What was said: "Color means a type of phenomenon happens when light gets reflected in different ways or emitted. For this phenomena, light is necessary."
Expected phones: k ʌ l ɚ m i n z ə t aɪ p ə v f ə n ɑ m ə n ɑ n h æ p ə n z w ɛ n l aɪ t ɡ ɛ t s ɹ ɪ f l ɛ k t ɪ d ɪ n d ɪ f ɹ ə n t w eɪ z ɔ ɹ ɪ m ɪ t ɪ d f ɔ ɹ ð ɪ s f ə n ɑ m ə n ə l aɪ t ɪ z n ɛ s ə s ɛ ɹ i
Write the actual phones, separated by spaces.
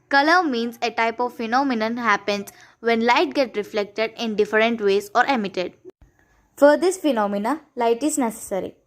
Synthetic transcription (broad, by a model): k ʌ l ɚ m i n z ə t aɪ p ə v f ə n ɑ m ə n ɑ n h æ p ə n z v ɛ n l aɪ t ɡ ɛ t ɹ ɪ f l ɛ k t ɪ d ɪ n d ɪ f ɹ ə n t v eɪ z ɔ ɹ ɪ m ɪ t ɪ d f ɔ ɹ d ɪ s f ə n ɑ m ə n ə l aɪ t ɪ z n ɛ s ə s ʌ ɹ i